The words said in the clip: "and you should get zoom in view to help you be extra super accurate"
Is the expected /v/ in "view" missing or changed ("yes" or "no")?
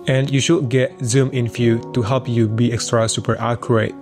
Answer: yes